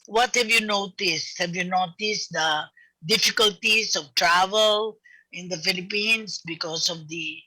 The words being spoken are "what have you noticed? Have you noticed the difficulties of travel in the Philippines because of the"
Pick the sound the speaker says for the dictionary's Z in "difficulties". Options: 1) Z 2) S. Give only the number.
2